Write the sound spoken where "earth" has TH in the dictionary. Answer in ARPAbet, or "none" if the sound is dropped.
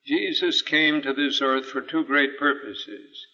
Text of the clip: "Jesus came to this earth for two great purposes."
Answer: TH